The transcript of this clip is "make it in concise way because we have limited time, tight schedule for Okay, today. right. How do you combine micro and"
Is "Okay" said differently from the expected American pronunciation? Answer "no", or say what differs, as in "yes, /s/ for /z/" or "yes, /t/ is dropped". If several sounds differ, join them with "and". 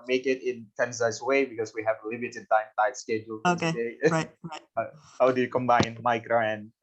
yes, /k/ is dropped